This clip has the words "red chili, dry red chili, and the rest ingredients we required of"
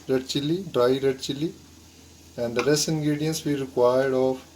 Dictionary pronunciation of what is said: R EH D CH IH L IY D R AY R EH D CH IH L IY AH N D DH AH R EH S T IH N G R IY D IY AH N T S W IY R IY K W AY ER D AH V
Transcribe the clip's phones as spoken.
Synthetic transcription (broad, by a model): R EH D CH IH L IY D R AY R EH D CH IH L IY AH N D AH R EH S IH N G R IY D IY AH N S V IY R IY K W AY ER D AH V